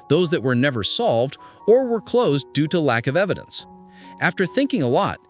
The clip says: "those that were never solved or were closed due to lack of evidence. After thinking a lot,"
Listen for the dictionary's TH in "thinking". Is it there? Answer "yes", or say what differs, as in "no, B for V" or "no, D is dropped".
yes